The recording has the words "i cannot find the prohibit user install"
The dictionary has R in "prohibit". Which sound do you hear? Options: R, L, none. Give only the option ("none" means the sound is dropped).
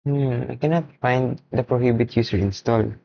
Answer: R